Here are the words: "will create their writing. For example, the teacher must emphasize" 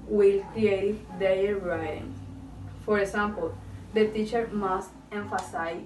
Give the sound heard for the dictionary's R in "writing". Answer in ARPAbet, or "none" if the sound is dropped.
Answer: L